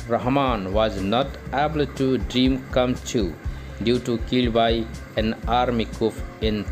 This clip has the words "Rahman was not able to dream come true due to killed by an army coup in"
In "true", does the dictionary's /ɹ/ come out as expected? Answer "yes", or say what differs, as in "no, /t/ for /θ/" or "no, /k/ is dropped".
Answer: no, /ɹ/ is dropped